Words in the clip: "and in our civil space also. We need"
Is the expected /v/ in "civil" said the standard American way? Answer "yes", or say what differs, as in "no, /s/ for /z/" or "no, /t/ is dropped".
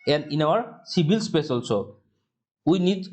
no, /b/ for /v/